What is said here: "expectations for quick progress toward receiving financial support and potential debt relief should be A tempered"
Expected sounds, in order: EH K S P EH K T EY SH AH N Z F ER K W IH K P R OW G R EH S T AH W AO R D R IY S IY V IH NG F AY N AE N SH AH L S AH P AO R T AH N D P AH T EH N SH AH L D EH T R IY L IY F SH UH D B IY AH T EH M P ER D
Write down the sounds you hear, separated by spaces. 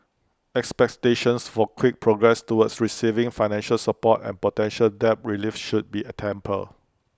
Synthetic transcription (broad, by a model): EH K S P EH K T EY SH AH N S F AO K W IH K P R OW G R EH S T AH W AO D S R IY S IY V IH NG F AY N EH N SH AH L S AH P AO T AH N P AH T EH N SH AH L D EH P R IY L IY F SH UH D B IY AH T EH M P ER